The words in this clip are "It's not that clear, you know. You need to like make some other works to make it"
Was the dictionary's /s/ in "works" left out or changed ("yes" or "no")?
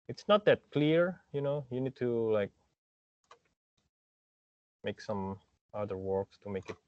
no